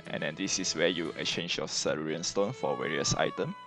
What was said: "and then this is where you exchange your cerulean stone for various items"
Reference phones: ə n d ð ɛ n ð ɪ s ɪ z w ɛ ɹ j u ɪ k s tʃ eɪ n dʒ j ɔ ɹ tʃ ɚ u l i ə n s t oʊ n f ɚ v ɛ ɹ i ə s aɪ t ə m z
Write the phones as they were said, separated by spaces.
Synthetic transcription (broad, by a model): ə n d ɛ n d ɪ s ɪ s w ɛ j u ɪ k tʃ eɪ n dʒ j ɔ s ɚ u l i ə n s t oʊ n f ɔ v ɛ ɹ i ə s aɪ t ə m